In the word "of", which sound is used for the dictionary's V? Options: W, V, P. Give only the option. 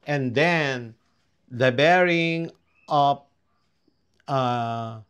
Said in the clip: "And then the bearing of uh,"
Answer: P